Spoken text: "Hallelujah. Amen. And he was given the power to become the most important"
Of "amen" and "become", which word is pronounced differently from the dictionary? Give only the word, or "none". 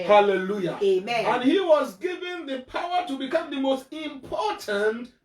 amen